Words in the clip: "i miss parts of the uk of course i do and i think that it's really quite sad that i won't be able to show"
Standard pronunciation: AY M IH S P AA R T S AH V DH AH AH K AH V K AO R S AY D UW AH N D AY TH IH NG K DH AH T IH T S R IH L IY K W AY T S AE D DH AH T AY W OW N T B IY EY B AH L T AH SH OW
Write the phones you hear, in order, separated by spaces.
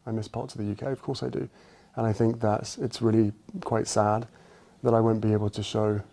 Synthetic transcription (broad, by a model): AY M IH S P AA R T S AH V DH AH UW K AH V K AO R S AY D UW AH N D AY TH IH NG K DH AH T IH T S R IH L IY K W AY T S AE D DH AH T AY W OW N B IY EY B AH L T AH SH OW